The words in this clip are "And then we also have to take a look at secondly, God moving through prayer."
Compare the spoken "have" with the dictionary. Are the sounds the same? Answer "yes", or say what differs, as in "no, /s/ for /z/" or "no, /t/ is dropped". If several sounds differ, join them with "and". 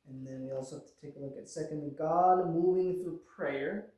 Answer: no, /f/ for /v/